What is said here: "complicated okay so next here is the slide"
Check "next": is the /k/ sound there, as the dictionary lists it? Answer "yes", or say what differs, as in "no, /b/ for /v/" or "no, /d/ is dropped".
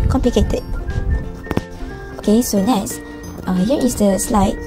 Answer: no, /k/ is dropped